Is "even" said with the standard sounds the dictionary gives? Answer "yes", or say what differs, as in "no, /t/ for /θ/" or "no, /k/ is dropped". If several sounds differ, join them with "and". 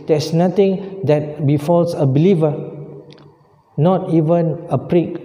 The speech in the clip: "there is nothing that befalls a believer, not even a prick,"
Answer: yes